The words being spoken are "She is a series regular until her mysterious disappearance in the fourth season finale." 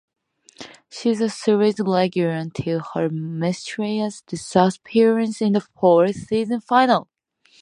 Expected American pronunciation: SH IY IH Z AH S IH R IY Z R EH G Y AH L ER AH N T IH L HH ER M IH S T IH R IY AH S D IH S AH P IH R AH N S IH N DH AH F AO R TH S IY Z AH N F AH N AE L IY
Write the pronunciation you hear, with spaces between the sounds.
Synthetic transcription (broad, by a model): SH IY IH Z AH S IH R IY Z L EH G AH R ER AH N T IH L HH ER M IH S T R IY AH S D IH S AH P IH R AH N S IH N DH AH F AO R TH S IY Z AH N F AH N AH L